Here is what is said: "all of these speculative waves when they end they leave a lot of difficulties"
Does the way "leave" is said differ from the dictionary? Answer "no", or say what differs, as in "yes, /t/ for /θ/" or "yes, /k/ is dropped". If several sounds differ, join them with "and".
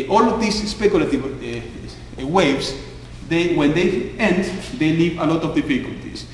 no